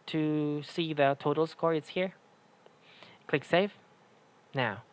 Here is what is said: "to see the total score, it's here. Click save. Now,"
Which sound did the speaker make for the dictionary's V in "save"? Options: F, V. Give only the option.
F